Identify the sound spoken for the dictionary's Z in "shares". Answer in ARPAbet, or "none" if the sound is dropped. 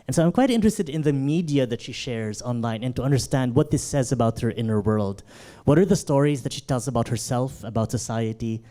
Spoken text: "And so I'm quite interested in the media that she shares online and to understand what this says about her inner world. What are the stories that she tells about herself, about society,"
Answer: Z